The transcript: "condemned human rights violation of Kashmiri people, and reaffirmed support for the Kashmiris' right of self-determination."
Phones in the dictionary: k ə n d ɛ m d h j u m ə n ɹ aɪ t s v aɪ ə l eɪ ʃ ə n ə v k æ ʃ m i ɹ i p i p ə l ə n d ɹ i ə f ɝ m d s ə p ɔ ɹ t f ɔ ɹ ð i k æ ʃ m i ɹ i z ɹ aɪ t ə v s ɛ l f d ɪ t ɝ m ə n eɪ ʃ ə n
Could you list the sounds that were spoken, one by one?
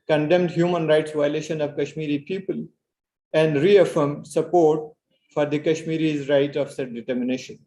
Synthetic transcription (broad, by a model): k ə n d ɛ m d h j u m ə n ɹ aɪ t s v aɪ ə l eɪ ʃ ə n ə v k æ ʃ m i ɹ i p i p ə l ə n d ɹ i ə f ɝ m d s ə p ɔ ɹ t f ɔ ɹ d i k æ ʃ m i ɹ i z ɹ aɪ t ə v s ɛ d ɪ t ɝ m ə n eɪ ʃ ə n